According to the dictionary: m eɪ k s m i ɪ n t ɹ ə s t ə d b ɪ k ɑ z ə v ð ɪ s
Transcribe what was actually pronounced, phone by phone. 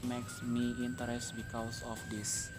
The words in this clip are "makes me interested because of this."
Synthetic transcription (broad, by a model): m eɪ k s m i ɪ n t ə t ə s b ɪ k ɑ s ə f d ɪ s